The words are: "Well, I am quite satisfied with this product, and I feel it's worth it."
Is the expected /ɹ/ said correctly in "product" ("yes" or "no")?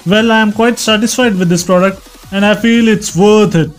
yes